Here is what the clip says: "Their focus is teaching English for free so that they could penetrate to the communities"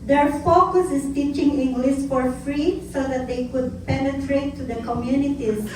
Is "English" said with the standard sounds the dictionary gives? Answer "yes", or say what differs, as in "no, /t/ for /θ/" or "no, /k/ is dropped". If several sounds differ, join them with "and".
no, /s/ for /ʃ/